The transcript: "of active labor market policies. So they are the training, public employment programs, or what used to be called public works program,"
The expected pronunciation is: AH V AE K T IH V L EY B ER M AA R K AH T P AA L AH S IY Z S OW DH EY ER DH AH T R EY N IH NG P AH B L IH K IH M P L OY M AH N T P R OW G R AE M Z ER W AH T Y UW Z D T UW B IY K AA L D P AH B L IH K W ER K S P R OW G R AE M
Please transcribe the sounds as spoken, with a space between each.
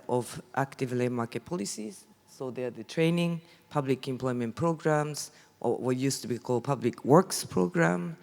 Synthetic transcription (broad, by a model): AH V AE K T IH V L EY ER M AA R K AH T P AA L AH S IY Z S OW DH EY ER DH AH T R EY N IH NG P AH B L IH K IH M P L OY M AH N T P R OW G R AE M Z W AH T Y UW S T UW B IY K AA L D P AH B L IH K W ER K S P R OW G R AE M